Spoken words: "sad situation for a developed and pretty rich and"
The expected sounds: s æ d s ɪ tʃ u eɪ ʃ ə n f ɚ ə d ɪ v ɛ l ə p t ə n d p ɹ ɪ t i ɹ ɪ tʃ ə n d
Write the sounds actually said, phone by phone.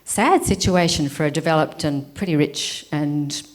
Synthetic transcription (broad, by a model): s æ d s ɪ tʃ u eɪ ʃ ə n f ɚ ə d ɪ v ɛ l ə p t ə n p ɹ ɪ t i ɹ ɪ tʃ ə n